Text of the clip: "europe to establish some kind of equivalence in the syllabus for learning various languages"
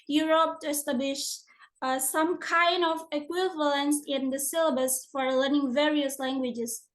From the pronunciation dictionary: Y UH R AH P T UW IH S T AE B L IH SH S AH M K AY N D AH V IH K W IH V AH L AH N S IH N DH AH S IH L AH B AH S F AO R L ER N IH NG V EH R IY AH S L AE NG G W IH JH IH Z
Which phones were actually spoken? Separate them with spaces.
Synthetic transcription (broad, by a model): Y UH R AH P T UW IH S T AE B L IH SH S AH M K AY N D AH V IH K W IH V AH L AH N S IH N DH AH S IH L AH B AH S F AO R L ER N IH NG V EH R IY AH S L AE NG G W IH JH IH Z